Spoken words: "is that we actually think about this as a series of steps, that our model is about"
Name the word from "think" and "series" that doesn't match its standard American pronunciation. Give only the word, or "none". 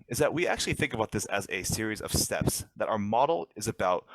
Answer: none